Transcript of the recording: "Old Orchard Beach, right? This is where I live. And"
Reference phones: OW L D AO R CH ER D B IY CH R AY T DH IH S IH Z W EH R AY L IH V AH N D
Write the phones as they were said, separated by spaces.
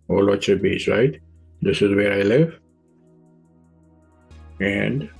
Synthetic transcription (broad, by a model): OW L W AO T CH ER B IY S R AY T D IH S IH Z W EH R AY L IH V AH N D